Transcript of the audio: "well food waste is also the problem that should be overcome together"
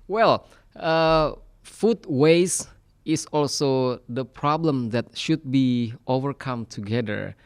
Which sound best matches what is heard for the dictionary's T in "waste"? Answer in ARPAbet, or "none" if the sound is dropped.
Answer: none